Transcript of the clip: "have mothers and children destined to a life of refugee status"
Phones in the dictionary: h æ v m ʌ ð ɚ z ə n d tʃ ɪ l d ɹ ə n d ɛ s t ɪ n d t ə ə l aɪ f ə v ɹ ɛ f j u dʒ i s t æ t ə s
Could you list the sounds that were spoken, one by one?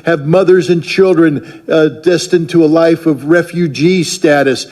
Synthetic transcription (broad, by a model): h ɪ v m ʌ ð ɚ z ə n tʃ ɪ l d ɹ ə n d ɛ s t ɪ n t ə ə l aɪ f ə v ɹ ɛ f j u dʒ i s t æ t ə s